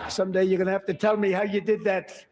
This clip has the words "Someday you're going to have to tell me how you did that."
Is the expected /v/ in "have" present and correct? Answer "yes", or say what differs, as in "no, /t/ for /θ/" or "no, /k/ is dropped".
no, /f/ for /v/